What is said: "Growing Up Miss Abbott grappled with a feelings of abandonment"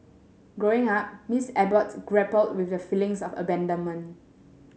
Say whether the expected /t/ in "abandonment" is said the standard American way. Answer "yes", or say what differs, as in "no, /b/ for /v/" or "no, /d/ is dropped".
no, /t/ is dropped